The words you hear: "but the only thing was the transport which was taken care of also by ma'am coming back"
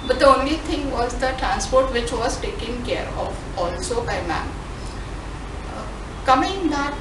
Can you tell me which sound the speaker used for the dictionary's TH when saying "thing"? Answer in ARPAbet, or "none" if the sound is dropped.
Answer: T